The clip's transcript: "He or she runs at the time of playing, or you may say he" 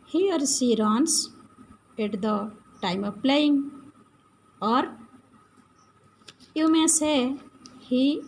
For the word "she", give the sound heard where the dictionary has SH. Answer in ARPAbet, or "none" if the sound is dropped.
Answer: S